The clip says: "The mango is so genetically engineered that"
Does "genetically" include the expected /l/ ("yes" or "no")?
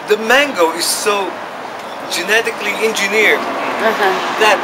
yes